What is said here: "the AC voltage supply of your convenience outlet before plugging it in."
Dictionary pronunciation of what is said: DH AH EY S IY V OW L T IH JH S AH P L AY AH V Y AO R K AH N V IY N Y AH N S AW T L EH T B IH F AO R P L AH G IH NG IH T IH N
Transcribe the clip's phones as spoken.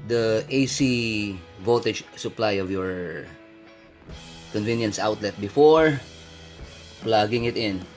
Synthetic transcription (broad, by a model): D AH EY S IY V OW T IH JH S AH P L AY AH V Y AO R K AH N V IY N Y AH N S AW T L EH T B IH F AO R P L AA G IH NG IH T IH N